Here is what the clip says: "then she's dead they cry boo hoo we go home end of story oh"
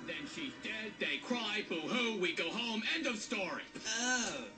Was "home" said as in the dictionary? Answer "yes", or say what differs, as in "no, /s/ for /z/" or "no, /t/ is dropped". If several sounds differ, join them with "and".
yes